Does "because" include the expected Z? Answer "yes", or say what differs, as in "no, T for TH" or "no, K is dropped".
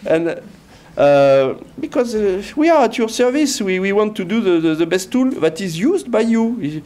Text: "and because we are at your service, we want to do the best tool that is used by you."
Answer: yes